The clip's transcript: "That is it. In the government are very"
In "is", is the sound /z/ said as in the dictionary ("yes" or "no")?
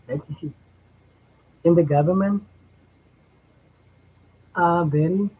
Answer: no